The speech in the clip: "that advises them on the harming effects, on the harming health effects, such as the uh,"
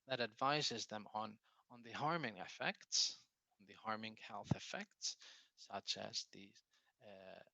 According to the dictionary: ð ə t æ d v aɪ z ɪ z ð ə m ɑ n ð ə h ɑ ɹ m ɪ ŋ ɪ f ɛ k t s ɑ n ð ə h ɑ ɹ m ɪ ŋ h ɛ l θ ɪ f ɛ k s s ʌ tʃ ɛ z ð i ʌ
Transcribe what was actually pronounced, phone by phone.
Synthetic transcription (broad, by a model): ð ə t æ d v aɪ z ɪ z ð ə m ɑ n ð ə h ɑ ɹ m ɪ ŋ ɪ f ɛ k t s n ð ə h ɑ ɹ m ɪ ŋ h ɛ l θ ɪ f ɛ k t s ʌ tʃ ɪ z ð i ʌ